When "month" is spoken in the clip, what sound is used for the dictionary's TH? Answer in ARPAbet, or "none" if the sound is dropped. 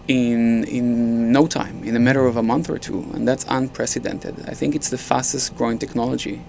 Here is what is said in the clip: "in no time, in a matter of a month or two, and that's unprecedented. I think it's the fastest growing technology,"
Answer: TH